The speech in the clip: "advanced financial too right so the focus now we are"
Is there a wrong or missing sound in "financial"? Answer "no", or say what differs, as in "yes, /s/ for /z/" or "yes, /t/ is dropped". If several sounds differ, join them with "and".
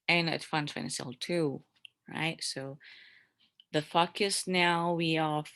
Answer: yes, /s/ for /ʃ/